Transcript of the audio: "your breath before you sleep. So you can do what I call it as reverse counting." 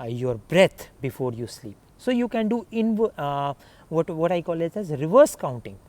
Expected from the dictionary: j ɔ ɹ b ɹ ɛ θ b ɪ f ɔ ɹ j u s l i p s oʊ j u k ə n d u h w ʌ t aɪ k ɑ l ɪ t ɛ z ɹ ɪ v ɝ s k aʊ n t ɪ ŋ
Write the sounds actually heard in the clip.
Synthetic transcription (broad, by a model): j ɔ ɹ b ɹ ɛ t b ɪ f ɔ ɹ j u s l i p s oʊ j u k ə n d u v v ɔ t aɪ k ɑ l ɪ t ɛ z ɹ ɪ v ɝ s k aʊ n t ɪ ŋ